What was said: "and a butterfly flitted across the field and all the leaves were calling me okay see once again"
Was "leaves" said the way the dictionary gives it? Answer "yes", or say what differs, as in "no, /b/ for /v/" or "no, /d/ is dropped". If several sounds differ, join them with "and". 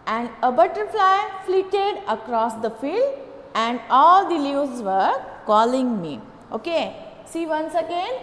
no, /v/ is dropped